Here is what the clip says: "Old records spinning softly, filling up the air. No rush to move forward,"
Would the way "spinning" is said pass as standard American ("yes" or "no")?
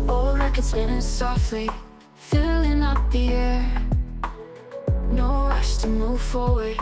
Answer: no